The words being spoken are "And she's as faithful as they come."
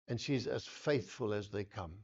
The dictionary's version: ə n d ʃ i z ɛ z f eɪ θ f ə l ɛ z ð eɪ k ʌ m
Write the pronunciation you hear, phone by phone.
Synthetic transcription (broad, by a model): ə n ʃ i z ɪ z f eɪ θ f ə l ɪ z ð eɪ k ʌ m